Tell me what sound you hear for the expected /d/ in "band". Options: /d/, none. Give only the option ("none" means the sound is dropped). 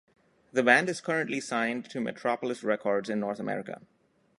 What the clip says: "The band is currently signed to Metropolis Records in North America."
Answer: /d/